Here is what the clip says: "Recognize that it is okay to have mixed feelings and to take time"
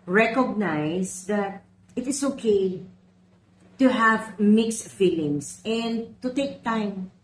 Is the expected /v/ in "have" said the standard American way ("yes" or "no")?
yes